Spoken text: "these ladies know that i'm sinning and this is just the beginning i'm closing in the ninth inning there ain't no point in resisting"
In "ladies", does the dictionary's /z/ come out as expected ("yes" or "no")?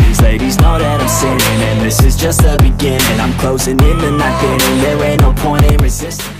yes